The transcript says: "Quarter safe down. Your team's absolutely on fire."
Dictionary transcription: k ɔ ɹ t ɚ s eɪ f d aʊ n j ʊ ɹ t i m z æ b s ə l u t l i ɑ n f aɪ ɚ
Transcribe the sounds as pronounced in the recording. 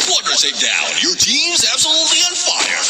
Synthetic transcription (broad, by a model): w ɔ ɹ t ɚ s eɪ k d aʊ n j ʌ ɹ t i m z æ b s ə l u t l i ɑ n f aɪ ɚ